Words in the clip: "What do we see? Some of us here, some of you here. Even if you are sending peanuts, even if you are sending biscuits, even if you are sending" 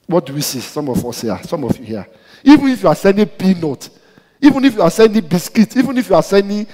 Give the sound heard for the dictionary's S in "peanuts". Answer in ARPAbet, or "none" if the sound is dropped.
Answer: none